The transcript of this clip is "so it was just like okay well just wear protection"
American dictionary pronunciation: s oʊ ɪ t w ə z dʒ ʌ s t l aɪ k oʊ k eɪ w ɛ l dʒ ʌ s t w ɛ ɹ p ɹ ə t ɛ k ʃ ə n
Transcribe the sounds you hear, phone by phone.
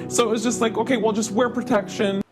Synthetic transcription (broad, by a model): s oʊ ɪ t w ə z dʒ ʌ s t l aɪ k oʊ k eɪ w ɛ l dʒ ʌ s t w ɛ ɹ p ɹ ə t ɛ k ʃ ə n